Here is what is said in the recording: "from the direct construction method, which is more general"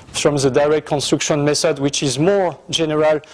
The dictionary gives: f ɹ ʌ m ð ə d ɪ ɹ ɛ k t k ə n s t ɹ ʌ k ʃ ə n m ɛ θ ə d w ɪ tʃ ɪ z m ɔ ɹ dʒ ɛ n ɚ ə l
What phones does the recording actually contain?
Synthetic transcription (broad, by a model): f ɹ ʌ m ð ə d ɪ ɹ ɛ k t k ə n s t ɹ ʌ k ʃ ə n m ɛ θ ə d w ɪ tʃ ɪ z m ɔ ɹ dʒ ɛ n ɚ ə l